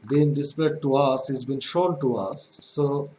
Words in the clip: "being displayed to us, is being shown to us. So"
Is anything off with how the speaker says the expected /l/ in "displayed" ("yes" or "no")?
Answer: yes